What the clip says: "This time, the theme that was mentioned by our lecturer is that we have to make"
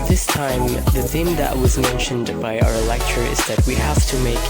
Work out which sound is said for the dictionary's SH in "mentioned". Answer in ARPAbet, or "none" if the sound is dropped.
SH